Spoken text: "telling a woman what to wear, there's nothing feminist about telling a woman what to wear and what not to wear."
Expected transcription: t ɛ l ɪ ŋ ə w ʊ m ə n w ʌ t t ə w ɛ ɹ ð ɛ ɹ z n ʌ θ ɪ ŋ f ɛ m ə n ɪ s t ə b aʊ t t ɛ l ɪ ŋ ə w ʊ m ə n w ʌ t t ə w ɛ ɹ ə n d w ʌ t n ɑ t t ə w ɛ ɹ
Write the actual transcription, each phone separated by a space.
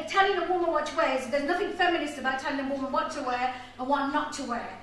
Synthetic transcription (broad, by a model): t ɛ l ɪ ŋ ə w ʊ m ə n w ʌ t t ə w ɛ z ð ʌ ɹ z n ʌ θ ɪ ŋ f ɛ m ə n ɪ s t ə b aʊ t t ɛ l ɪ ŋ ə w ʊ m ə n w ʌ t t ə w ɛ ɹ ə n w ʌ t n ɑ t t ə w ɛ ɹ